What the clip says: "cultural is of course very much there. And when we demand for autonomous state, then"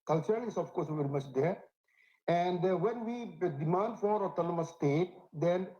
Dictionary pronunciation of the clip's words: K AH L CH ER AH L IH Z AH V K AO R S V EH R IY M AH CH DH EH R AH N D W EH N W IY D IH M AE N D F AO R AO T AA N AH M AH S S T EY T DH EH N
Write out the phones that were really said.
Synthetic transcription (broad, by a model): K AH L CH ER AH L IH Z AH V K AO R S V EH R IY M AH CH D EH R AH N D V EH N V IY D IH M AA N D F AO R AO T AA L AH M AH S S T EY T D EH N